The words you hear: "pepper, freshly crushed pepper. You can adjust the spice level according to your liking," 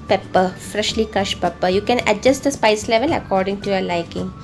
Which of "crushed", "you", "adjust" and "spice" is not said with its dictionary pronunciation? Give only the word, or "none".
crushed